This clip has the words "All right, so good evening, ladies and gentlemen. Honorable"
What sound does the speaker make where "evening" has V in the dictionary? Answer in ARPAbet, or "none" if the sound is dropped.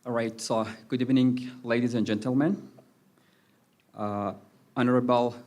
V